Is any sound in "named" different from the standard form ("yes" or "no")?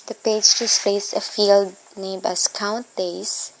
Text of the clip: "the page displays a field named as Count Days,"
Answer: yes